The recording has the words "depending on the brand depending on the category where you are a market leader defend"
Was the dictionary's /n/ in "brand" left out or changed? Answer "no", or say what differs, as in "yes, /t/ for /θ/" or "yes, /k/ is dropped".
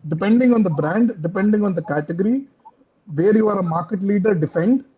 no